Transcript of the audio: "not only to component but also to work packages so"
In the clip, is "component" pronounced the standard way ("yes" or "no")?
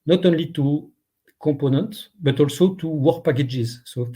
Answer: no